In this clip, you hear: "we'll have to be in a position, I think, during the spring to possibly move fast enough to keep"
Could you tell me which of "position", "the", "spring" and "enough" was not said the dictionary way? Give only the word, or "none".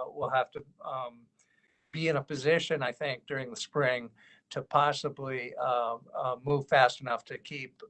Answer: none